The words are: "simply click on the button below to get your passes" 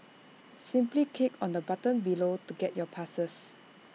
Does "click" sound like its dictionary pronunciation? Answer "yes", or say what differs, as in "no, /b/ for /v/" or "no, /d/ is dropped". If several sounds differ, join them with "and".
no, /l/ is dropped